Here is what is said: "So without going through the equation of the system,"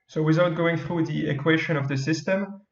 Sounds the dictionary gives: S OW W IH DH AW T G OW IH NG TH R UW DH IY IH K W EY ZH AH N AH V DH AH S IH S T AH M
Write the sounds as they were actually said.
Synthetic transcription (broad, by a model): S OW W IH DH AW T G OW IH NG TH R UW DH IY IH K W EY SH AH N AH V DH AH S IH S T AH M